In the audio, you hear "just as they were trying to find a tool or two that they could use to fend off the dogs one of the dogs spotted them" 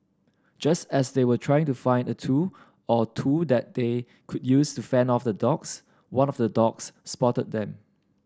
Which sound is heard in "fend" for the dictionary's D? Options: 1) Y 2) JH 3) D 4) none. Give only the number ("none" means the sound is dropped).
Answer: 4